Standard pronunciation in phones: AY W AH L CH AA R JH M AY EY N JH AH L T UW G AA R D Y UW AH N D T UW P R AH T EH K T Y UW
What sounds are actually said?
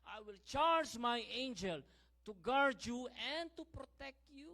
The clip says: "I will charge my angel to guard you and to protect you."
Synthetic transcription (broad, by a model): AY W AH L CH AA R JH M AY EY N JH AH L T UW G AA R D Y UW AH N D T UW P R AH T EH K T Y UW